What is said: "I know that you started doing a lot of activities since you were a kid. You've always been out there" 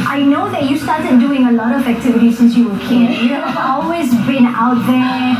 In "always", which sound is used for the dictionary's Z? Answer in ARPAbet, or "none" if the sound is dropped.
Z